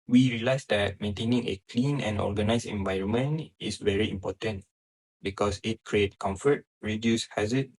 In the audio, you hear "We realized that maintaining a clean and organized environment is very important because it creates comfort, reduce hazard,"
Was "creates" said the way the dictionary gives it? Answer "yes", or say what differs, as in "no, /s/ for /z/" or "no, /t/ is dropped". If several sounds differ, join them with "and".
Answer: no, /s/ is dropped